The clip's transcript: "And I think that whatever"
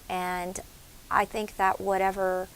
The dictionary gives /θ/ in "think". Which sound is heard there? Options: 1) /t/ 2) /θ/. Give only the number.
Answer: 2